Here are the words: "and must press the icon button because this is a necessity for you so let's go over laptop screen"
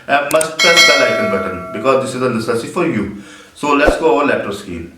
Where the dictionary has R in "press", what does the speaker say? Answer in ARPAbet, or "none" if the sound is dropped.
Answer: none